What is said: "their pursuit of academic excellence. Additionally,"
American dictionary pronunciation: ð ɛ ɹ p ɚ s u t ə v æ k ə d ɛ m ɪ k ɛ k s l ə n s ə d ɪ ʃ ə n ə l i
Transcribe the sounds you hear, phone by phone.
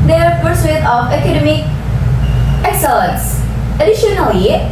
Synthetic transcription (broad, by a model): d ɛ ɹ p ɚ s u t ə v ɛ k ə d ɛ m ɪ k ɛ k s ə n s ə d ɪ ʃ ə n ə l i